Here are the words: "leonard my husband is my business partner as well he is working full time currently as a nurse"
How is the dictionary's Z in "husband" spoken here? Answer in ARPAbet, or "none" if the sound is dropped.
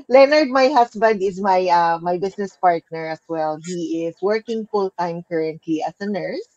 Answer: S